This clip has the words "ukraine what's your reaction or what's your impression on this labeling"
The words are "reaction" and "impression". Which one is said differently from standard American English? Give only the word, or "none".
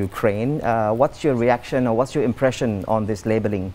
none